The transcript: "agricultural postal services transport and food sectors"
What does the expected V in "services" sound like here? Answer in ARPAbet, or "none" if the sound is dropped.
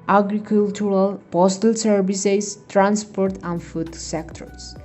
B